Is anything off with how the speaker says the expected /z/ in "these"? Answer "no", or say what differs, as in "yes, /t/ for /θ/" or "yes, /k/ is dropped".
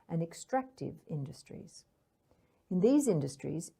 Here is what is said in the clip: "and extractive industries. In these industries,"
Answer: no